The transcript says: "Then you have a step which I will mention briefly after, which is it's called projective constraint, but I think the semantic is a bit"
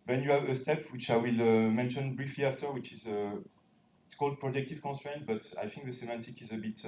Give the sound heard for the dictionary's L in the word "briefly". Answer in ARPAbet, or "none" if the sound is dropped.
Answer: L